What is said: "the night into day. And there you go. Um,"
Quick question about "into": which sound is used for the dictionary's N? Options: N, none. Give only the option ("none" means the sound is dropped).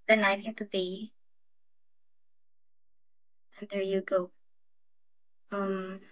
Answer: none